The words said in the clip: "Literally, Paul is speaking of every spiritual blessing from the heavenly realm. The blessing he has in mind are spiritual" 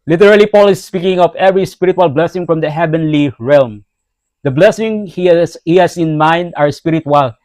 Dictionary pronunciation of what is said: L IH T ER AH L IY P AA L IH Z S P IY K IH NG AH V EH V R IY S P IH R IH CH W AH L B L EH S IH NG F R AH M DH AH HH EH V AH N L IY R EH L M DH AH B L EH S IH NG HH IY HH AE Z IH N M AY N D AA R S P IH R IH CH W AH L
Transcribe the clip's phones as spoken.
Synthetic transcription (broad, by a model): L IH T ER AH L IY P AA L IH S P IY K IH NG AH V EH V R IY S P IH R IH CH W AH L B L EH S IH NG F R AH M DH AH HH EH V AH N L IY R EH L M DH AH B L EH S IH NG HH IY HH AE S IH N M AY N D AA R S P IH R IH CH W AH L